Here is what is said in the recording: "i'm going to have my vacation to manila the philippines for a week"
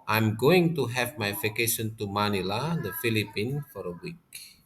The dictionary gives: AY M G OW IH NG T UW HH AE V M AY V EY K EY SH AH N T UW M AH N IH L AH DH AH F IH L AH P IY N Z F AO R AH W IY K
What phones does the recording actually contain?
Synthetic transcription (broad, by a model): AY M G OW IH NG T UW HH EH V M AY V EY K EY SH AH N T UW M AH N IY L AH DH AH F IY L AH P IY N F AO R AH W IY K